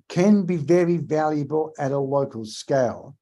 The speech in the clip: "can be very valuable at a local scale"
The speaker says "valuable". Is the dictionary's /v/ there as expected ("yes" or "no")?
yes